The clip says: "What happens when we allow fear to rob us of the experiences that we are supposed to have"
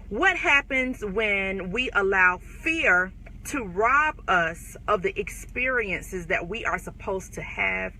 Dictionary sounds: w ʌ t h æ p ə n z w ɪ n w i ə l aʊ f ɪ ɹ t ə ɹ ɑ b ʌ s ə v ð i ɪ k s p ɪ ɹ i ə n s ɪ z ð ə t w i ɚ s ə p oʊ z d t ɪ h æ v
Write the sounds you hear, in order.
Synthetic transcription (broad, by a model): w ʌ t h æ p ə n z w ɪ n w i ə l aʊ f ɪ ɹ t ə ɹ ɑ b ʌ s ə v ð i ɪ k s p ɪ ɹ i ə n s ɪ z ð ə t w i ɚ s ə p oʊ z t ɪ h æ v